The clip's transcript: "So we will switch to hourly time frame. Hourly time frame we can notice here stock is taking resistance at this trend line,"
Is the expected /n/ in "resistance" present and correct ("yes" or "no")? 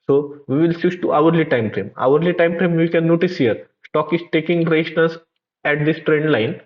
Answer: no